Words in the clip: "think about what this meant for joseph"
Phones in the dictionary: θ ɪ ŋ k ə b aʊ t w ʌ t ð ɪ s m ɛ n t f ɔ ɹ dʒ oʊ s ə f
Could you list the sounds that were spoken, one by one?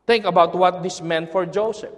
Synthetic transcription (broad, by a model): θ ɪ ŋ k ə b aʊ t w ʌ t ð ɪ s m ɛ n t f ɔ ɹ dʒ oʊ s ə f